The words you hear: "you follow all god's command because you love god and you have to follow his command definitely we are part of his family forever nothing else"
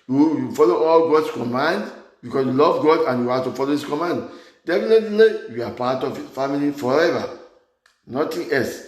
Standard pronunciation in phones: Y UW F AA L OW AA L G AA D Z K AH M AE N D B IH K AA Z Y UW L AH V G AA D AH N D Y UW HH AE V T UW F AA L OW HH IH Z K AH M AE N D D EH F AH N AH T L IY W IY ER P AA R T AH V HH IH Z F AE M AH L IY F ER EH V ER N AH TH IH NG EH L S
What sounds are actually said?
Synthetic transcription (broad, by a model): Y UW F AA L OW AA L G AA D S K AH M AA N D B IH K AA S Y UW L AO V G AA D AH N Y UW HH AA T UW F AA L OW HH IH S K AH M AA N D D EH F AH N AH T L IY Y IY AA P AA T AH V F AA M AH L IY F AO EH V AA N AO T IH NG EH L S